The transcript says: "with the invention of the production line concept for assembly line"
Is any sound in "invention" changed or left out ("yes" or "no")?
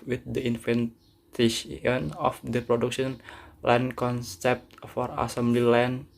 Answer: yes